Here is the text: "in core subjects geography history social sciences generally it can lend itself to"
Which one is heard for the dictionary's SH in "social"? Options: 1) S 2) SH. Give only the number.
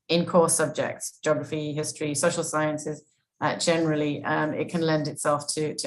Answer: 2